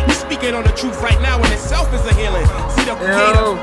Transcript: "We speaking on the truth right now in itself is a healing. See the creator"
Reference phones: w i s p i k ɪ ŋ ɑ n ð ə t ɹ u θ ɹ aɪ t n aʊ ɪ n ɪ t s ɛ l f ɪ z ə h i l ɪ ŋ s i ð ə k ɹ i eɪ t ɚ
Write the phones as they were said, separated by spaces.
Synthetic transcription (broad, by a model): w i s p i k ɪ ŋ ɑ n ð ə t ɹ u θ ɹ aɪ t n aʊ ɪ n ɪ t s ɛ l f ɪ z ə h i l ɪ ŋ s i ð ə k